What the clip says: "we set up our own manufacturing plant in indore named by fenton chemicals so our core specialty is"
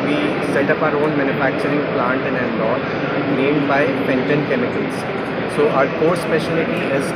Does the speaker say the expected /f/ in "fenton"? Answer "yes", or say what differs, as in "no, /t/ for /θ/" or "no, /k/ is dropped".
no, /p/ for /f/